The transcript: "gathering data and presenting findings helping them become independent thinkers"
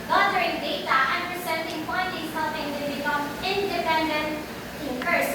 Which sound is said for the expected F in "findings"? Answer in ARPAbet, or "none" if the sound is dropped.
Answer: P